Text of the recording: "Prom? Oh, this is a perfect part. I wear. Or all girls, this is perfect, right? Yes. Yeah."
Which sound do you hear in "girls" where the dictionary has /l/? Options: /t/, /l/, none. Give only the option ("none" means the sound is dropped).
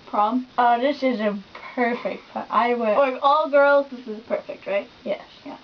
/l/